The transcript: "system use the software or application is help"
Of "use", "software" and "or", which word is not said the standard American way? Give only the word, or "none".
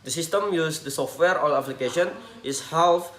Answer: or